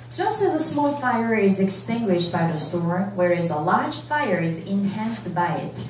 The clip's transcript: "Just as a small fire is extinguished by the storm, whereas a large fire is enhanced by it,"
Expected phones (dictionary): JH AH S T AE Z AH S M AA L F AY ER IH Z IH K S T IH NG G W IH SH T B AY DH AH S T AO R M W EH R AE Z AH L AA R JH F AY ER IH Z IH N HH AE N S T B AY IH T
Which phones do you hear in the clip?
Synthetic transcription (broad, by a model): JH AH S T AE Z AH S M AA L F AY ER IH Z IH K S T IH NG G W IH SH T B AY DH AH S T AO R W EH R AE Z AH L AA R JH F AY ER IH Z IH N HH AE N S T B AY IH T